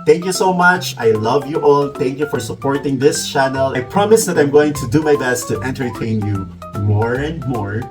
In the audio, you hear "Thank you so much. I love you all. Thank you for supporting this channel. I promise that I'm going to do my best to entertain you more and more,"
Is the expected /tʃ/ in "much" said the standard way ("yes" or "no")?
yes